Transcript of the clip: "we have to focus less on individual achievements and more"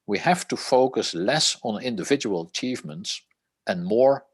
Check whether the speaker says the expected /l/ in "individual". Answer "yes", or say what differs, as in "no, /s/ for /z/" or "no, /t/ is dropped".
yes